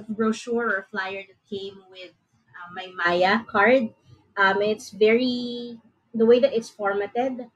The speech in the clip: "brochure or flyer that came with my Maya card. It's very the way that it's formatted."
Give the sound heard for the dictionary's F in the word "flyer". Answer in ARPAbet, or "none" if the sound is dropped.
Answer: F